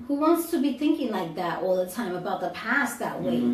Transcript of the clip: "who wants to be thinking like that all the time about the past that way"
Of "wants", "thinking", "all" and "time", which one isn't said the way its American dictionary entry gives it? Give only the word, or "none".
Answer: none